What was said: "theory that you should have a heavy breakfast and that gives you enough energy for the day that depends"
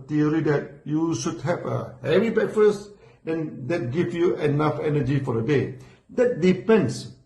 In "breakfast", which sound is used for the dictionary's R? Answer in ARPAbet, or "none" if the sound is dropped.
none